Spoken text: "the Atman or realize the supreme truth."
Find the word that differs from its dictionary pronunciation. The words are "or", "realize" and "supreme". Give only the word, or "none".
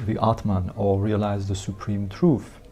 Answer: or